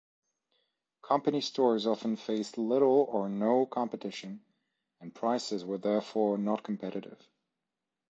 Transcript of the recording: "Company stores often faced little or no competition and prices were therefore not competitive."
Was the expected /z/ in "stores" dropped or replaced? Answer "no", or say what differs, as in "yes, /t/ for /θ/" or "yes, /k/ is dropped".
no